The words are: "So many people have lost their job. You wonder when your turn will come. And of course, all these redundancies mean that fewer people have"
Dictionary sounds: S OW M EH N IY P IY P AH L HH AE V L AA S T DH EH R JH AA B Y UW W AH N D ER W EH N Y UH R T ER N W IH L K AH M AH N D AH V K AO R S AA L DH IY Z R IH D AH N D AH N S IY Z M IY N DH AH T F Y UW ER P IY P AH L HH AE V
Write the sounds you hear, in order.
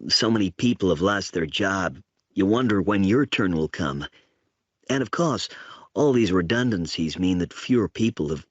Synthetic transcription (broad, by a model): S OW M EH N IY P IY P L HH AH V L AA S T DH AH R JH AA B Y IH W AH N D ER W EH N Y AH R T ER N W IH L K AH M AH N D AH V K AO R S AA L DH IY Z R IH D AH N D AH N S IY Z M IY N DH AH T F Y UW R P IY P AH L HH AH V